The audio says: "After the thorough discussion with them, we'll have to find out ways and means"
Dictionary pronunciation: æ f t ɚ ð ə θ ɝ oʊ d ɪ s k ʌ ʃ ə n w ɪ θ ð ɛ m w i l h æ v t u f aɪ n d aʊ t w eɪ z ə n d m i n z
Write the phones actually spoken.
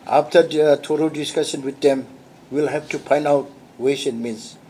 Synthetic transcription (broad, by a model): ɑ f t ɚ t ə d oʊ d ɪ s k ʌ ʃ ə n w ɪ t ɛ m w i l h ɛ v t u p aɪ n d aʊ t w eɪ s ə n m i n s